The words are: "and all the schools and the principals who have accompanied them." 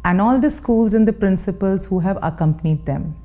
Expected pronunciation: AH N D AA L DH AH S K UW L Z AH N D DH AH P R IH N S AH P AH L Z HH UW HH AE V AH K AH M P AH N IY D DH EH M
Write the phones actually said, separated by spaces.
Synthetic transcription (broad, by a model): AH N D AA L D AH S K UW L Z AH N D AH P R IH N S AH P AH L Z HH UW HH AE V AH K AH M P AH N IY D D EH M